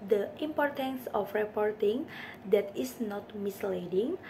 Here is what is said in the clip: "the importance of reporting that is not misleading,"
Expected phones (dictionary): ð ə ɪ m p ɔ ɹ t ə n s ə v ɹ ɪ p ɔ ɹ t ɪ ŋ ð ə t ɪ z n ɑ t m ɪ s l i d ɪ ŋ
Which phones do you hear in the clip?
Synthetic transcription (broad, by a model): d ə ɪ m p ɔ ɹ t ə n s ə f ɹ ɪ p ɔ ɹ t ɪ ŋ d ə t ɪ s n ɑ t m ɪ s l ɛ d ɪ ŋ